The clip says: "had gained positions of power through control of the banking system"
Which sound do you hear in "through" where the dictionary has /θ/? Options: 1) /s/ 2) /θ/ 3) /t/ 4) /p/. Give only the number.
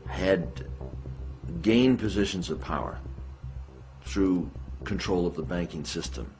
2